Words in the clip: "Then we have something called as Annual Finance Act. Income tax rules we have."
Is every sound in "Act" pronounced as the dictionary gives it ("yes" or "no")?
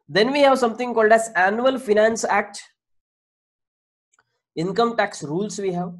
yes